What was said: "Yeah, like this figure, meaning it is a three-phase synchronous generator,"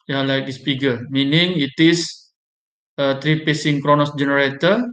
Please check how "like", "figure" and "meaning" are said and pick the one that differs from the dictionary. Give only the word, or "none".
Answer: figure